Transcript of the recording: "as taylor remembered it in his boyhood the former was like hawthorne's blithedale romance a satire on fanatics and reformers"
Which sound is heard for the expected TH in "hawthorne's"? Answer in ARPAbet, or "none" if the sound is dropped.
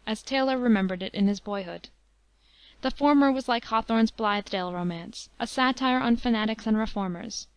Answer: TH